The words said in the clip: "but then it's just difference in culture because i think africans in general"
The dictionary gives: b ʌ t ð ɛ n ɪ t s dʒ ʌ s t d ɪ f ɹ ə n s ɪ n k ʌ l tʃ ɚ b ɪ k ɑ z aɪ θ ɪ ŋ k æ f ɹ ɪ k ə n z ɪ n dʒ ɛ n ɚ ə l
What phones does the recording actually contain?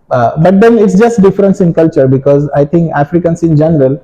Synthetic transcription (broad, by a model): b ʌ t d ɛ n ɪ t s dʒ ʌ s t d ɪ f ɹ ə n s ɪ n k ʌ l tʃ ɚ b ɪ k ɑ z aɪ t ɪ ŋ k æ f ɹ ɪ k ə n s ɪ n dʒ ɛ n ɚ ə l